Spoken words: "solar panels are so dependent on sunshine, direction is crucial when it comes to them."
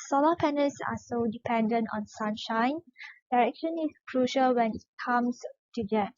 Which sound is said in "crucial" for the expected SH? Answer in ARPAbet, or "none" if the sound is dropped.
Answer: SH